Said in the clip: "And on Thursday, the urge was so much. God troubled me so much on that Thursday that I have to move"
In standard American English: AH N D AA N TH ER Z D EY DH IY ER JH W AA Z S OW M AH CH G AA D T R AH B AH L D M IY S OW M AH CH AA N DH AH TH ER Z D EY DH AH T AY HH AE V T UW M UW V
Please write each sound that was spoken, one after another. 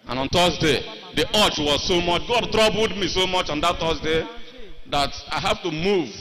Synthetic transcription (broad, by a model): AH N AA N T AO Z D EY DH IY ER CH W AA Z S OW M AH CH G AA D T R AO B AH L D M IY S OW M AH CH AA N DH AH T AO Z D EY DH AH T AY HH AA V T UW M UW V